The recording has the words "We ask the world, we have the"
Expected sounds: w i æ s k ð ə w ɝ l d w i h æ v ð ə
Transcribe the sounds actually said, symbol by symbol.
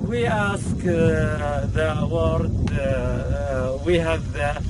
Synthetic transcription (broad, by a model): w i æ s k ð ə w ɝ d w i h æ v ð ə